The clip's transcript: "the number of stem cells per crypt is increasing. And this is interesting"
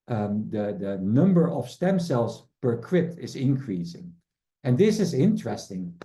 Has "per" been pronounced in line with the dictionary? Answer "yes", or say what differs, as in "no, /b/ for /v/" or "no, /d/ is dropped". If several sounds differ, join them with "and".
yes